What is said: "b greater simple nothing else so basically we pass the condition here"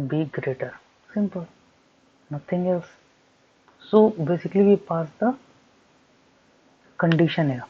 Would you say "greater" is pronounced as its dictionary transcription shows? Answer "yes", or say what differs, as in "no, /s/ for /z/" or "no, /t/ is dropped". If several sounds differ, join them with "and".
yes